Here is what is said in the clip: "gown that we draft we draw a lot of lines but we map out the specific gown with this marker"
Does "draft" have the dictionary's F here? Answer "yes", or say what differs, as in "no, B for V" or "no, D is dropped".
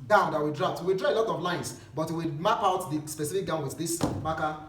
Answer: no, P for F